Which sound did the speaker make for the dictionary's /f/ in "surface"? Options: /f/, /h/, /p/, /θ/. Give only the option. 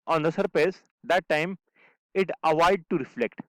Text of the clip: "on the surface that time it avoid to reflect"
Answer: /p/